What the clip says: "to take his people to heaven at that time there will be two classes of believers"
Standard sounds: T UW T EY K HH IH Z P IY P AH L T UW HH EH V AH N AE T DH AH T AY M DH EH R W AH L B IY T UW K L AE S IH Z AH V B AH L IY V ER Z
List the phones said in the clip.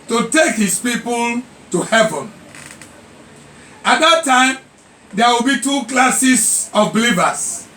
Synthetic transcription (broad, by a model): T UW T EY K HH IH S P IY P AH L T UW HH EH V AH N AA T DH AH T AY M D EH W AH L B IY T UW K L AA S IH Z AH F B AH L IY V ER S